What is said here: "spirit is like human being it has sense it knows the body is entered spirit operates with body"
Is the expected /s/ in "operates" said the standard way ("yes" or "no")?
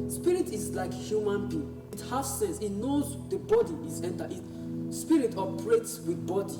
yes